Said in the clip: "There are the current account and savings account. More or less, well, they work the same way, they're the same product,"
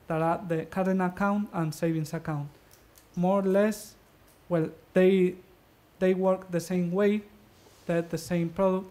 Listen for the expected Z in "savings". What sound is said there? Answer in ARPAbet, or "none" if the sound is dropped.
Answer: S